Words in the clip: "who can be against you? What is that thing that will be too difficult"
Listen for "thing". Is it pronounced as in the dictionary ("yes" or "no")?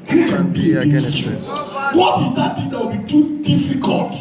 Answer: no